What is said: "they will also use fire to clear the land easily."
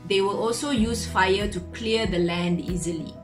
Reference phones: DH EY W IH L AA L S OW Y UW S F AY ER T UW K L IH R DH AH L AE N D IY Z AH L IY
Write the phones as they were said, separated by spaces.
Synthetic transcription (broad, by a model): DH EY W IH L AA L S OW Y UW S F AY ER T UW K L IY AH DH AH L AE N D IY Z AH L IY